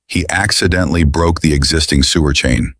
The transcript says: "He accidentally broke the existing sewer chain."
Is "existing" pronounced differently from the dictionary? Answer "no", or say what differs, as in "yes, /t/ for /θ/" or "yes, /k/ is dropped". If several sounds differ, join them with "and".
no